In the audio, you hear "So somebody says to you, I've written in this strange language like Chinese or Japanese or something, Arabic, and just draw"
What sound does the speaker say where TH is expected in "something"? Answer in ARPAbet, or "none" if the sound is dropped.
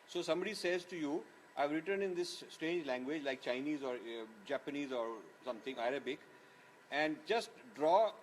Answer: T